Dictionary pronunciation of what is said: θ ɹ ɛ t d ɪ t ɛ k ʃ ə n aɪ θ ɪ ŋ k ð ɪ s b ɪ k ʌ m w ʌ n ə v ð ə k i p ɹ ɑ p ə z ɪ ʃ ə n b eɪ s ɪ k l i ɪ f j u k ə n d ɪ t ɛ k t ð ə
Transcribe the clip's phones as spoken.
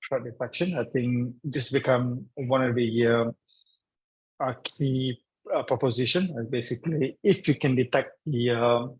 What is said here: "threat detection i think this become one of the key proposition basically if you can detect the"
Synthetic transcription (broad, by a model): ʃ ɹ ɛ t d ɪ t ɛ k ʃ ə n aɪ t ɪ ŋ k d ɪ s b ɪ k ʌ m w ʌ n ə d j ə k i p ɹ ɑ p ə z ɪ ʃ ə n b eɪ s ɪ k l i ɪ f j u k ə n d ɪ t ɛ k t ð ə